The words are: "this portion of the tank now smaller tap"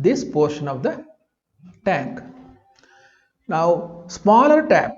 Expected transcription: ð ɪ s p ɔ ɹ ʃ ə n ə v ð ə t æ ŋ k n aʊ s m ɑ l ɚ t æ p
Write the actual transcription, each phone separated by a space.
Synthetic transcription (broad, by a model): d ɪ s p ɔ ɹ ʃ ə n ə v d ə t æ ŋ k n aʊ s m ɑ l ɚ t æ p